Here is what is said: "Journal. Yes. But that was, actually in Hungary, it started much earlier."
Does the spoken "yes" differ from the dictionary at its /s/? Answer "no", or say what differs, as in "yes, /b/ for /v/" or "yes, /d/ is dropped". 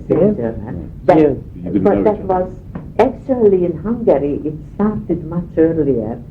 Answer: yes, /s/ is dropped